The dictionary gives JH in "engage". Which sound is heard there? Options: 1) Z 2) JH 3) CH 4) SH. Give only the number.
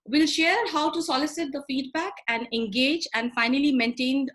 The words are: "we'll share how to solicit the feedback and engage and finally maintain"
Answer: 2